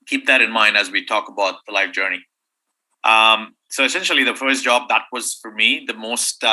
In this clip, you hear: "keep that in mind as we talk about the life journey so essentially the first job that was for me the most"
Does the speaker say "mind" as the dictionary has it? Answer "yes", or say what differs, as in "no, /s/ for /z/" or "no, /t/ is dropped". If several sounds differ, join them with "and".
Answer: yes